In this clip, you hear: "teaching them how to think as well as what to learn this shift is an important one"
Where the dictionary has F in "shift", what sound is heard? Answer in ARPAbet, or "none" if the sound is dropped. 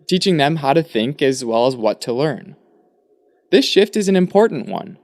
F